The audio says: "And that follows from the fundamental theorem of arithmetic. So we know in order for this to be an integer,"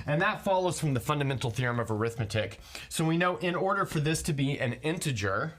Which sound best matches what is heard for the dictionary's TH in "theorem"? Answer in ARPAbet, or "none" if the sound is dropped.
TH